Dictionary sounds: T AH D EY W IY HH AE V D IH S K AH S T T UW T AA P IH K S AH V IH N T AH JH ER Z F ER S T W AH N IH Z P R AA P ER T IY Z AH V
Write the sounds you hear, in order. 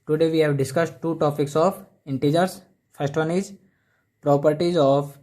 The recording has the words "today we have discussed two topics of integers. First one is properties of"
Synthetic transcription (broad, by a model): T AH D EY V IY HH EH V D IH S K AH S T T UW T AA P IH K S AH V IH N T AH JH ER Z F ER S T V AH N IH Z P R AA P ER T IY Z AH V